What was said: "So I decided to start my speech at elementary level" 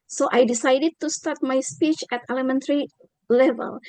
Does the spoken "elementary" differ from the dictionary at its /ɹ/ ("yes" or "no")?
no